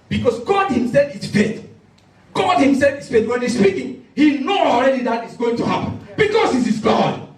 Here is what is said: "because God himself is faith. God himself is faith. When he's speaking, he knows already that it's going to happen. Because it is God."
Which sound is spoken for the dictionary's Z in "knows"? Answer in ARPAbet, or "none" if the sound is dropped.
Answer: none